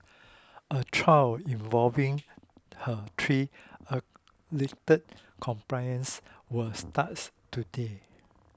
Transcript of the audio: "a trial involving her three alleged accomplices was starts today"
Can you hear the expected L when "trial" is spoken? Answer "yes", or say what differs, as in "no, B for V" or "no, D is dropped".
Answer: no, W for L